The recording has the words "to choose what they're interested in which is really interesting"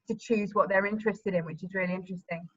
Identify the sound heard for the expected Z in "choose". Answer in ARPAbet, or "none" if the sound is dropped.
Z